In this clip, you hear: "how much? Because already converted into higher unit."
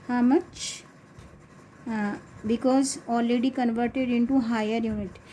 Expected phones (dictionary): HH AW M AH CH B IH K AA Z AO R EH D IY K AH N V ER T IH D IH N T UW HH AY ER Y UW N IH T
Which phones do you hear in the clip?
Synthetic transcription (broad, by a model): HH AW M AH CH B IH K AA Z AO L EH D IY K AH N V ER T IH D IH N T UW HH AY ER Y UW N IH T